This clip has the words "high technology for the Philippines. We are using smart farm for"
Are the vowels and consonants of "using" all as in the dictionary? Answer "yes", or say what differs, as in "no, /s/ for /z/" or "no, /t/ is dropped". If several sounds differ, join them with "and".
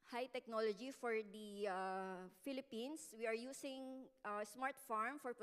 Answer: no, /s/ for /z/